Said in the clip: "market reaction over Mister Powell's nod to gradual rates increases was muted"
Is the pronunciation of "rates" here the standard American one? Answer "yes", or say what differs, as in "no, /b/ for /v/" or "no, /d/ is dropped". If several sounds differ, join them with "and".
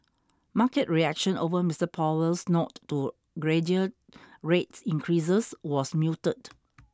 yes